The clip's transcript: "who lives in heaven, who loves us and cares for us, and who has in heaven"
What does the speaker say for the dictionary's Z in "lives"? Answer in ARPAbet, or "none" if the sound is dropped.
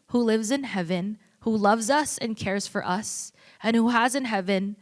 Z